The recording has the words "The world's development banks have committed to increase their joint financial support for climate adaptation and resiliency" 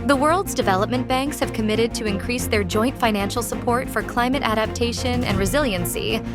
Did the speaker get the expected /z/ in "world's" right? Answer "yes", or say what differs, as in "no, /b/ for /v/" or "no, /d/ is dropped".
yes